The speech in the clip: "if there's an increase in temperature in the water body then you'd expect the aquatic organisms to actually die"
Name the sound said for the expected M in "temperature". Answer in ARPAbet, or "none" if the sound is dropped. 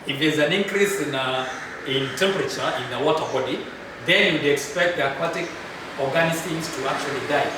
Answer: M